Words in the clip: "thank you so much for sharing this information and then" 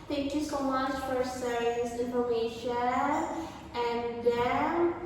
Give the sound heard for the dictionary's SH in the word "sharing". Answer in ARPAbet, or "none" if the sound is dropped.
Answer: S